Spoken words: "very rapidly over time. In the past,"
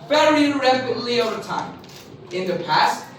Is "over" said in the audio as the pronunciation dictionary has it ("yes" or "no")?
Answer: yes